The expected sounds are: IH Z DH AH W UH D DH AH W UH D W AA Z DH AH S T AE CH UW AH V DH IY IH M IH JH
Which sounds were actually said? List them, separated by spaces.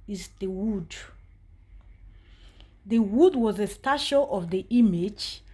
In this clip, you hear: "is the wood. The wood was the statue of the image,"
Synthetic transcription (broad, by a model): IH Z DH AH W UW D DH AH W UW D W AA Z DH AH S T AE SH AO AH V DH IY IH M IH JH